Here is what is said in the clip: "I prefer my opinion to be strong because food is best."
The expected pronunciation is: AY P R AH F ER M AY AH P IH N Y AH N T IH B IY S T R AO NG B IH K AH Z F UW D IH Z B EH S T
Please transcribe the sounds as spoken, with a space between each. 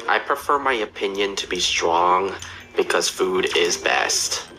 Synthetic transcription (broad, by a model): AY P R AH F ER M AY AH P IH N Y AH N T IH B IY S T R AO NG B IH K AH Z F UW D IH Z B EH S T